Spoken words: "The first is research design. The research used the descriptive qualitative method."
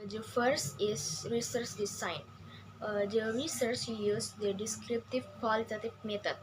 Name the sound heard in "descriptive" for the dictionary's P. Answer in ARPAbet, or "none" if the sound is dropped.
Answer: P